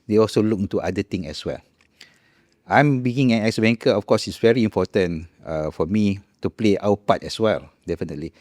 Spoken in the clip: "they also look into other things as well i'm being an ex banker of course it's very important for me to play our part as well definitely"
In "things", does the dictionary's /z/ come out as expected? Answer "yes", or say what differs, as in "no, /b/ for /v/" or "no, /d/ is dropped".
no, /z/ is dropped